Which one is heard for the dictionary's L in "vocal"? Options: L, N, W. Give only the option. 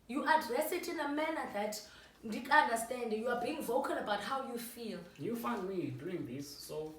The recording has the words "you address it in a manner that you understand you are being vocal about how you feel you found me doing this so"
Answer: N